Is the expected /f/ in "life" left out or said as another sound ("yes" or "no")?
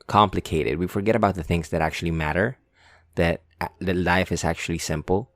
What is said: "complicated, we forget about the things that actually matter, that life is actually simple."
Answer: no